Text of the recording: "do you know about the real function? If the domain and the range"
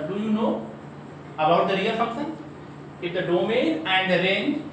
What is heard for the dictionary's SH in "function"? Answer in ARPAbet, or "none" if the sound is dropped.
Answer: S